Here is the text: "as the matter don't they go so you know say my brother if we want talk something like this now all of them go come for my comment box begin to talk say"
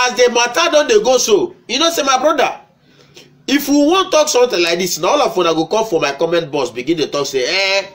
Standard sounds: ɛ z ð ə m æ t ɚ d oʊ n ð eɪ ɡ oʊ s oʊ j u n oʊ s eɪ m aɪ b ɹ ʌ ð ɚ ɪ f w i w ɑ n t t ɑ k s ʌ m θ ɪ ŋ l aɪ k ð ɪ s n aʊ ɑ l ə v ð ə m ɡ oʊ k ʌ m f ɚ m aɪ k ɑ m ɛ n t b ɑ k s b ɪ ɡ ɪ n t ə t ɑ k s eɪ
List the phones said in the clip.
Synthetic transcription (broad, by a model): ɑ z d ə m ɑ t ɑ d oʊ n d eɪ ɡ oʊ s oʊ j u n oʊ s eɪ m aɪ b ɹ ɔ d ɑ ɪ f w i w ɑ n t t ɑ k s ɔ m t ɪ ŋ l aɪ k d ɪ s n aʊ ɑ l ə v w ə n ɡ oʊ k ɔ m f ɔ m aɪ k ɑ m ɛ n t b ɑ s b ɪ ɡ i n t ə t ɑ k s eɪ